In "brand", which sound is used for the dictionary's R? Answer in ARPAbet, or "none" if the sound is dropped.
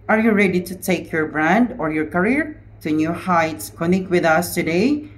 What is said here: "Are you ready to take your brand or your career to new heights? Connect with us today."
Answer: R